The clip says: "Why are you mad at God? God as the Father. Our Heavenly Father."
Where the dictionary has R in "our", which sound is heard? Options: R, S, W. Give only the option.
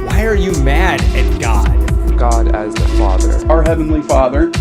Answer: R